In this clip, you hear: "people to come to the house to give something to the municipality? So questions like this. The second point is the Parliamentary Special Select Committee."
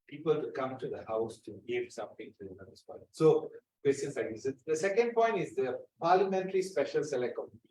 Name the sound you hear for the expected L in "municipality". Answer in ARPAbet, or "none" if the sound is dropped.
none